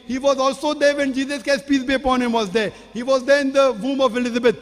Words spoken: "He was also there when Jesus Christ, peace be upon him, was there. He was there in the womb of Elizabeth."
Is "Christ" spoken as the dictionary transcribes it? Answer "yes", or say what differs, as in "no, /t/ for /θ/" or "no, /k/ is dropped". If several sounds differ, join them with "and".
no, /ɹ/ is dropped